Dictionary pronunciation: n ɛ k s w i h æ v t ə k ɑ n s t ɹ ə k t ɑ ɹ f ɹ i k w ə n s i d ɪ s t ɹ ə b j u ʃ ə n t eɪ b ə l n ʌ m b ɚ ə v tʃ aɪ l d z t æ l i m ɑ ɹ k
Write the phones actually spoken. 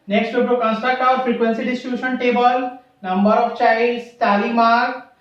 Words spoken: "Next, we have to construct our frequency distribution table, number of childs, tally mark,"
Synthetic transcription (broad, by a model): n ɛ k s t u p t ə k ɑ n s t ə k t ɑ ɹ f ɹ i k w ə n s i d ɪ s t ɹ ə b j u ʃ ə n t eɪ b ə l n ʌ m b ɚ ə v tʃ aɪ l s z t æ l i m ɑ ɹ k